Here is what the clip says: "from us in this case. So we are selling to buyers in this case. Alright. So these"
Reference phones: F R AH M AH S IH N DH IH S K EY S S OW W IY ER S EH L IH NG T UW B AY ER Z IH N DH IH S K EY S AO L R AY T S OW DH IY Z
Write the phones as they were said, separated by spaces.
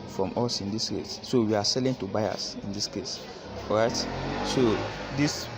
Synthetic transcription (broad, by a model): F R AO M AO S IH N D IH S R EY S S OW W IY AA S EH L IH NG T UW B AY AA S IH N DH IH S K EY S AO R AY T S OW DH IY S